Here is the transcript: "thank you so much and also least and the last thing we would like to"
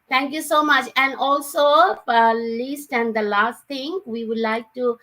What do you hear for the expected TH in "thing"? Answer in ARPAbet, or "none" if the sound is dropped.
T